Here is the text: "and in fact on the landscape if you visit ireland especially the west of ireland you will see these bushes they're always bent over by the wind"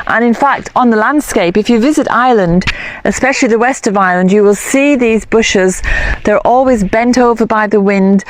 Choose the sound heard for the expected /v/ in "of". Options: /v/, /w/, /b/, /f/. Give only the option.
/v/